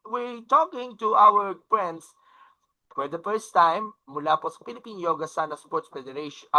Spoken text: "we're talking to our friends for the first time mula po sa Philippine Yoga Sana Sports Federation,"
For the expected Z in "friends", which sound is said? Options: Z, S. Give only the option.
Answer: S